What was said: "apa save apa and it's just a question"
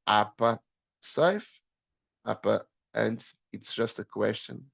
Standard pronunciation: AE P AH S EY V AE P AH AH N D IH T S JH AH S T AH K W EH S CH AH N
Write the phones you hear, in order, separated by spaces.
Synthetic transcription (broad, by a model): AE P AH S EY F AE P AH AH N D IH T S JH AH S T AH K W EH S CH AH N